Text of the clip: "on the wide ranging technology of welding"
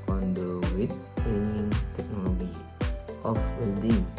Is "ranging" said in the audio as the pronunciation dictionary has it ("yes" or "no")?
no